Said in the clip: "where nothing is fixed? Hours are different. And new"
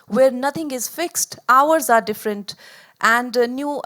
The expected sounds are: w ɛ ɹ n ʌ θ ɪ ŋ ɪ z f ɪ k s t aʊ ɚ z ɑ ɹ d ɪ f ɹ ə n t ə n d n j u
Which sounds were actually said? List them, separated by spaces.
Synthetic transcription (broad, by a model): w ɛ ɹ n ʌ t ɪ ŋ ɪ z f ɪ k s t aʊ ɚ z ɑ ɹ d ɪ f ɹ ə n t ə n d n j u